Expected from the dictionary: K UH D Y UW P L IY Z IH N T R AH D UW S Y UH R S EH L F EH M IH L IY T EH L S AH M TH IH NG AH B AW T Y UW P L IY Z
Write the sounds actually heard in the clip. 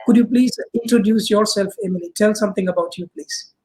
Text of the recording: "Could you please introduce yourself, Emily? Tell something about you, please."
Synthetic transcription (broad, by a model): K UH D Y UW P L IY Z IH N T R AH D UW S Y UH R S EH L F EH M IH L IY T EH L S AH M T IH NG AH B AW T Y UW P L IY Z